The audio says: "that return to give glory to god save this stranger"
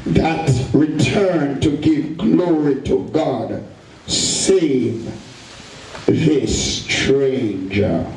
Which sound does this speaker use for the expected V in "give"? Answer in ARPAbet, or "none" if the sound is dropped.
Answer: V